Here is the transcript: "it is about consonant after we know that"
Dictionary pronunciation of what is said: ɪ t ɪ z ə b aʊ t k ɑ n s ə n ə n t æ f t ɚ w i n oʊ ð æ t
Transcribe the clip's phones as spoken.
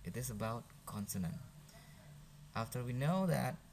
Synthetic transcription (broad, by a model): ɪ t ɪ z ə b aʊ t k ɑ n s ə n ə n t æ f t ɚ w i n oʊ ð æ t